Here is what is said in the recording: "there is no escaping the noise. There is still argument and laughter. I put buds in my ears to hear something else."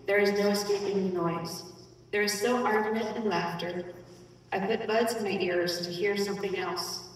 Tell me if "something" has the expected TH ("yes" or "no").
yes